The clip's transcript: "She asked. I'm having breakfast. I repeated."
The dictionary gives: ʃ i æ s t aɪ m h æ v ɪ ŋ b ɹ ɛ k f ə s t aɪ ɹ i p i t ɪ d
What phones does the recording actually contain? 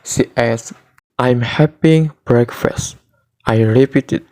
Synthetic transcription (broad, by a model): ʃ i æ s t aɪ m h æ p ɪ ŋ b ɹ ɛ k f ə s t aɪ ɹ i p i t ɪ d